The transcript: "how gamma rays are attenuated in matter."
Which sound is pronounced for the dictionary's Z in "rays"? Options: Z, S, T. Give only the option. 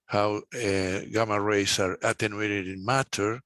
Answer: S